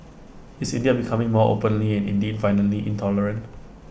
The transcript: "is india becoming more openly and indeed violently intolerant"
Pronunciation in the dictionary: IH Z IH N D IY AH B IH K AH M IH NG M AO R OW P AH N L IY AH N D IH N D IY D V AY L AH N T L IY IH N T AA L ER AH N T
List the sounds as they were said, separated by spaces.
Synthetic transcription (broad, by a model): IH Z IH N D IY AH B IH K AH M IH NG M AO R OW P AH N L IY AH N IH N D IY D F AY N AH L IY IH N T AA L ER AH N T